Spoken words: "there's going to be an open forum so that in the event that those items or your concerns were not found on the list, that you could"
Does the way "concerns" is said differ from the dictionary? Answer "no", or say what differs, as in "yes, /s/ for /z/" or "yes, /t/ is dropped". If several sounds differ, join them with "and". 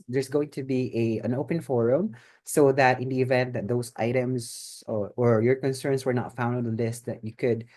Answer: yes, /s/ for /z/